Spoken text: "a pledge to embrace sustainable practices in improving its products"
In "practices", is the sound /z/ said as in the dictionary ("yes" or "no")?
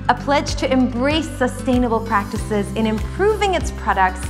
yes